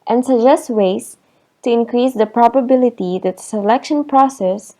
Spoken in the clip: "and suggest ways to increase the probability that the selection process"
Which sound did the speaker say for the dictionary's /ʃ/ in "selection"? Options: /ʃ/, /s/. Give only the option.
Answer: /ʃ/